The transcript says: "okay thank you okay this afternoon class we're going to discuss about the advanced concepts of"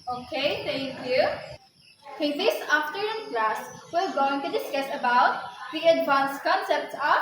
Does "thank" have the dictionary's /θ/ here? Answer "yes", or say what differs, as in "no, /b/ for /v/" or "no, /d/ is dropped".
no, /t/ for /θ/